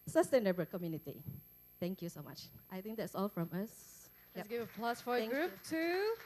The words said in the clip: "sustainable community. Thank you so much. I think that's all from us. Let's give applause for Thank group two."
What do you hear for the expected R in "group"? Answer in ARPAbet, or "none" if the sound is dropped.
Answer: R